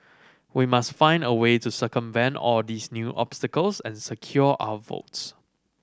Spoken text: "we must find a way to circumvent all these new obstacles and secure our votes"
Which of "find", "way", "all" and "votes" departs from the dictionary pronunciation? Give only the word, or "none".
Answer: none